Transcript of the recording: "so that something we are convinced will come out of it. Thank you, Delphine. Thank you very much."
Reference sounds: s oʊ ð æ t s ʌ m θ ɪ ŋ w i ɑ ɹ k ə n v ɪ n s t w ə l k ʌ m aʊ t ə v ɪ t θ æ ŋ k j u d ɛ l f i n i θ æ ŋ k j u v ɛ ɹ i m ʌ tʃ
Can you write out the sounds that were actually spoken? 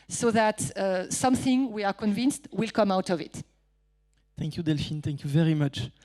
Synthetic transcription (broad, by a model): s oʊ ð æ t s ʌ m θ ɪ ŋ w i ɑ ɹ k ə n v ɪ n s t w ə l k ʌ m aʊ t ə v ɪ t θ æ ŋ k j u d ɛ l f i n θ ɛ ŋ k j u v ɛ ɹ i m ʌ tʃ